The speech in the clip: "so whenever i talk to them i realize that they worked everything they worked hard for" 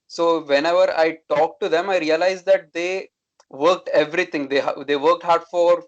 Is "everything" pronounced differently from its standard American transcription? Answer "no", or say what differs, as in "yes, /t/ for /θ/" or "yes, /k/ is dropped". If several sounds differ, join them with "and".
yes, /t/ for /θ/